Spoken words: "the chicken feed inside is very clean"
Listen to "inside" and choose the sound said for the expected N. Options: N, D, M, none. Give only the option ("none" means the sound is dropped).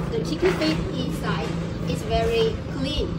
N